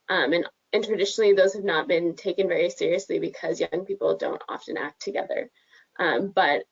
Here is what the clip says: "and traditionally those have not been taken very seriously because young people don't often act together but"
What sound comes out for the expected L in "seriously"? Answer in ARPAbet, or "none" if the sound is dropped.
L